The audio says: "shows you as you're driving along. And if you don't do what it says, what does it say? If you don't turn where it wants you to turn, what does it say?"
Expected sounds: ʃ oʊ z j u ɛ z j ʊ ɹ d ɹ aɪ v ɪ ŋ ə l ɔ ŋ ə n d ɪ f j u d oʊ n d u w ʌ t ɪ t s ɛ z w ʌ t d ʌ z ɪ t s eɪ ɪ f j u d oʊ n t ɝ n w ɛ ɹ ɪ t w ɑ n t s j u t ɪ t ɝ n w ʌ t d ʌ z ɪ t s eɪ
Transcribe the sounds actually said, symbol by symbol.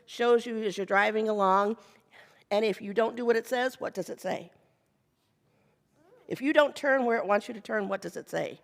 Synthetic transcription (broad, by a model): ʃ oʊ z j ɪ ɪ z j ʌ ɹ d ɹ aɪ v ɪ ŋ ə l ɔ ŋ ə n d ɪ f j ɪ d oʊ n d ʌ w ʌ t ɪ t s ɛ z w ʌ t d ʌ z ɪ t s eɪ ɪ f j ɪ d oʊ n t ɝ n w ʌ ɹ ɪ t w ɑ n t s j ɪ t ɪ t ɝ n w ʌ t d ʌ z ɪ t s eɪ